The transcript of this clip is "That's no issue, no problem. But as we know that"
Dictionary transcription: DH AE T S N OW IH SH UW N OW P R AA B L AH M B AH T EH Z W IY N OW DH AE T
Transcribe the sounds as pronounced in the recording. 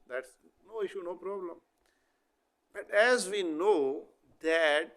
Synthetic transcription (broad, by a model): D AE T S N OW IH SH UW N OW P R AA B L AH M B AH T EH Z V IY N OW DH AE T